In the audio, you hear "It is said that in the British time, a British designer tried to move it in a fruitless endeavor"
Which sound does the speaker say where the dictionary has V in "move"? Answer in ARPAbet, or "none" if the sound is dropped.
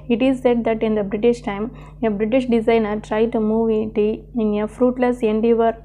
V